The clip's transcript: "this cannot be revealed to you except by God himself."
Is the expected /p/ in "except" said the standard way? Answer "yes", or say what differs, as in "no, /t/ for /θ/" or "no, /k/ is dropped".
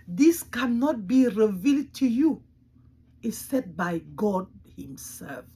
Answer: no, /p/ is dropped